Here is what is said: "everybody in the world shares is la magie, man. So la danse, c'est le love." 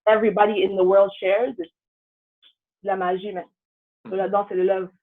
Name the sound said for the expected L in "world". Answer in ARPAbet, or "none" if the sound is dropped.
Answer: L